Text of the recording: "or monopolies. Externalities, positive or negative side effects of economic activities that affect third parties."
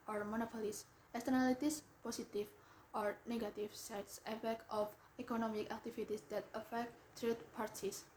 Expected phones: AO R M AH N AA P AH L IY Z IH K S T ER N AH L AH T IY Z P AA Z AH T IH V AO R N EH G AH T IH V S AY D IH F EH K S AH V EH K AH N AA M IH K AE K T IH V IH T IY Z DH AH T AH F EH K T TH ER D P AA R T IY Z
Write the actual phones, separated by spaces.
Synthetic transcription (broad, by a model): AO R M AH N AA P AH L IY S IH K S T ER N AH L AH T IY S P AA S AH T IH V AO R N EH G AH T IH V S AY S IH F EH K AH F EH K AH N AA M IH K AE K T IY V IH T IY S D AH T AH F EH K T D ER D P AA R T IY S